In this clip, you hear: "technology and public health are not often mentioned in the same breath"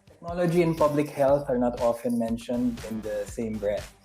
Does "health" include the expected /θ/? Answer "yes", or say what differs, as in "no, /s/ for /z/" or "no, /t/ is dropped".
no, /t/ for /θ/